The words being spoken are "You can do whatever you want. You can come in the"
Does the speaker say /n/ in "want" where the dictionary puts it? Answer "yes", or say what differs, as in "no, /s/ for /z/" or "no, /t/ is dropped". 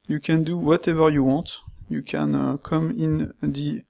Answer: no, /n/ is dropped